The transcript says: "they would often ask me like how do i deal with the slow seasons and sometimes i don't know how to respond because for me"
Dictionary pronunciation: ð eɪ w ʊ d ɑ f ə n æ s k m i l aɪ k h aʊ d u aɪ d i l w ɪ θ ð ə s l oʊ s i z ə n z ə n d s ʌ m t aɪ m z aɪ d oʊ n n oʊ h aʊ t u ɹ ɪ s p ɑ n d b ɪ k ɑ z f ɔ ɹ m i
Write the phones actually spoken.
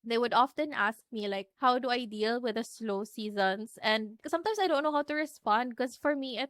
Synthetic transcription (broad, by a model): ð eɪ w ʊ d ɑ f ə n æ s k m i l aɪ k h aʊ d u aɪ d i l w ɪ ð ə s l oʊ s i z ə n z ə n d s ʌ m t aɪ m s aɪ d oʊ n n oʊ h aʊ t u ɹ ɪ s p ɑ n d k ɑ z f ɔ ɹ m i